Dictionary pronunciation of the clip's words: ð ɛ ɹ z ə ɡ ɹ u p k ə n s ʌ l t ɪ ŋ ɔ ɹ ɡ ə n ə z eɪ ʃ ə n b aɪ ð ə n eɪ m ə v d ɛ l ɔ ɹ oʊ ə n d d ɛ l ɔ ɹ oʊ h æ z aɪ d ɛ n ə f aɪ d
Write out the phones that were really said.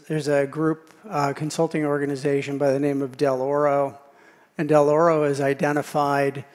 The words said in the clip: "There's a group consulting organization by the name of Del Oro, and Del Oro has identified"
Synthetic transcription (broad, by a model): ð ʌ ɹ z ə ɡ ɹ u p k ə n s ʌ l t ɪ ŋ ɔ ɹ ɡ ə n ə z eɪ ʃ ə n b aɪ ð ə n eɪ m ə v d ɛ l ɔ ɹ oʊ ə n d d ɛ l ɔ ɹ oʊ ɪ z aɪ d ɛ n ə f aɪ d